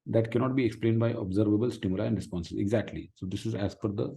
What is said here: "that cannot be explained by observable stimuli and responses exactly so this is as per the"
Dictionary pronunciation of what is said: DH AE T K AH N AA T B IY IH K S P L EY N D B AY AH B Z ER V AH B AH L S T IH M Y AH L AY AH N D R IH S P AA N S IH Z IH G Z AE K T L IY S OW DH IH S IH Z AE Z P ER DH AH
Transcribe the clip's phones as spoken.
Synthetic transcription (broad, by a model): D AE T K AH N AA T B IY IH K S P L EY N D B AY AH B Z ER V AH B AH L S T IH M Y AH L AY AH N D R IH S P AA N S IH Z IH G Z AE K T L IY S OW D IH S IH Z AE Z F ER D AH